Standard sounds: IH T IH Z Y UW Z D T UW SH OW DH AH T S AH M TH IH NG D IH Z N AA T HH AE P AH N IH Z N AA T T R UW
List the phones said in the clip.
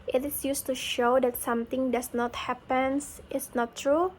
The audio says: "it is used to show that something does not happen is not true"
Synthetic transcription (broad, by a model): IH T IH S Y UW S T UW SH OW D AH T S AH M T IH NG D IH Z N AA T HH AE P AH N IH S N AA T T R UW